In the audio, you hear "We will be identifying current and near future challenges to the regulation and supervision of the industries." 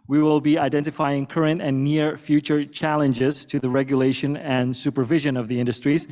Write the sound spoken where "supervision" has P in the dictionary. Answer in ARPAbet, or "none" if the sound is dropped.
P